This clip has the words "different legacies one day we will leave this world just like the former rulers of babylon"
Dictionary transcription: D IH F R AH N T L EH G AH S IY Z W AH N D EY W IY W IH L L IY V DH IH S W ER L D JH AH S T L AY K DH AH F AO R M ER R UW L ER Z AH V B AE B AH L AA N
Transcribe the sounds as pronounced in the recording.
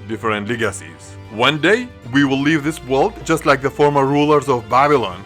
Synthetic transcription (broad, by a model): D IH F R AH N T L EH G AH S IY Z W AH N D EY W IY W IH L L IY V DH IH S W ER L D JH AH S T L AY K DH AH F AO R M ER R UW L ER Z AH V B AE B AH L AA N